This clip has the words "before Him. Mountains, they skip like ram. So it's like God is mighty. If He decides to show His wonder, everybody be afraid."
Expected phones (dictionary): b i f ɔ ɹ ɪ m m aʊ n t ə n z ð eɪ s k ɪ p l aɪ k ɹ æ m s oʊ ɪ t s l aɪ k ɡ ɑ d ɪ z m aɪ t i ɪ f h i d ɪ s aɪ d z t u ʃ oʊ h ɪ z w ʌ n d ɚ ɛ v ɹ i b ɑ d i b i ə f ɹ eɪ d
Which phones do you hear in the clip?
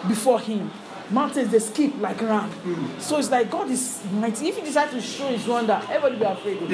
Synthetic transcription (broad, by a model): b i f ɔ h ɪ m m aʊ n t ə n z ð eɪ s k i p l aɪ k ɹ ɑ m s oʊ ɪ t s l aɪ k ɡ ɑ d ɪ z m aɪ t i ɪ f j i d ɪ s aɪ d t u ʃ oʊ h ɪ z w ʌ n d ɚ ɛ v i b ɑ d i b i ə f ɹ eɪ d